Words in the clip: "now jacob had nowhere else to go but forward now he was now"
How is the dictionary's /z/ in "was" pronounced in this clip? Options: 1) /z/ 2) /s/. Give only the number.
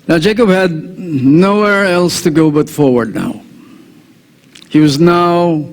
1